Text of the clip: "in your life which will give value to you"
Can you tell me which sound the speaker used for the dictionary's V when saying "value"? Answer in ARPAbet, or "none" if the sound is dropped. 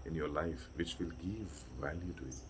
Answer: V